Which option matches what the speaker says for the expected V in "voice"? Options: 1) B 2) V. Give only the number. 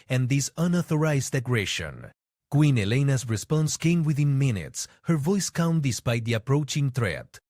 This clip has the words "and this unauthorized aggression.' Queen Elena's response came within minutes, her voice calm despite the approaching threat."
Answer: 2